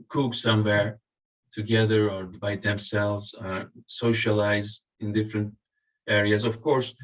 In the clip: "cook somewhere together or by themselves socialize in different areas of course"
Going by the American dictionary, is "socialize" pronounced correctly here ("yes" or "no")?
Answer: yes